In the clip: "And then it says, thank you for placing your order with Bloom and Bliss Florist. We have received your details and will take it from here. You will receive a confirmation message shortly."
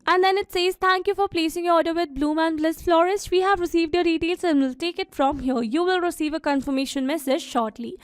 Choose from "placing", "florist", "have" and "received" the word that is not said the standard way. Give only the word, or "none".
none